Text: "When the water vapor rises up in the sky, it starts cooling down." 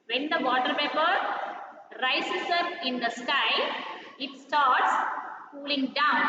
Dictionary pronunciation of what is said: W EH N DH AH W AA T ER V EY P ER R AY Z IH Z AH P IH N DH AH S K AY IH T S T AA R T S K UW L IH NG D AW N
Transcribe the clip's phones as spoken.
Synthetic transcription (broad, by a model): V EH N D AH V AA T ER P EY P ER R AY S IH S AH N IH N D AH S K AY IH T S T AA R T S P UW L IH NG D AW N